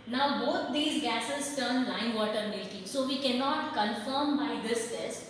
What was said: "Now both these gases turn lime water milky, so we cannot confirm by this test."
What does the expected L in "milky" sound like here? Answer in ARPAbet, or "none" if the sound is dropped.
none